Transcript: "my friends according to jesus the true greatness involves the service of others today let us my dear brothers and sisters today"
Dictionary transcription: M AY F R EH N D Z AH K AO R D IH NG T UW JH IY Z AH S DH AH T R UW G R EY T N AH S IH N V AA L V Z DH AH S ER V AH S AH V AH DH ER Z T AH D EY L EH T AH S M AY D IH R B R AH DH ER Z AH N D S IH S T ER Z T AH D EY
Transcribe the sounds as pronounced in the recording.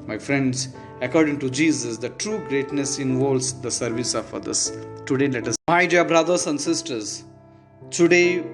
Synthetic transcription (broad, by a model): M AY F R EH N D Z AH K AO R D IH NG T UW JH IY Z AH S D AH T R UW G R EY T N AH S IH N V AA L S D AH S ER V AH S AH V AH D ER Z T AH D EY L EH T AH S M AY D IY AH B R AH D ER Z AH N D S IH S T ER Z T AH D EY